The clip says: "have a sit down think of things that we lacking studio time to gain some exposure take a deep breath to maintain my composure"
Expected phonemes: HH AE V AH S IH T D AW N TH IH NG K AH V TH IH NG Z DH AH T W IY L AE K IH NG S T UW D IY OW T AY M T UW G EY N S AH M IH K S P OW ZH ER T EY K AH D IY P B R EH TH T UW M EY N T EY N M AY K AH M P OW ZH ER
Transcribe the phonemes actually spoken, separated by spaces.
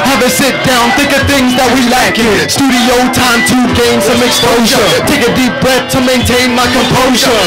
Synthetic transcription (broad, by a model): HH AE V AH S IH T D AW N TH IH K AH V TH IH NG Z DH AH T W IY L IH K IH S T UW D IY OW T AY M T UW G EY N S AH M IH K S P OW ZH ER T EY K AH D IY P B R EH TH T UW M EY N T EY N M AY K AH M P OW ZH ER